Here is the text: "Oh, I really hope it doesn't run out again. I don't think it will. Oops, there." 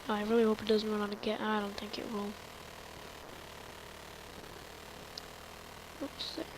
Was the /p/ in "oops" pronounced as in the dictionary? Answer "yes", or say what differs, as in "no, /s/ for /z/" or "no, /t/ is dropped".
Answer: no, /p/ is dropped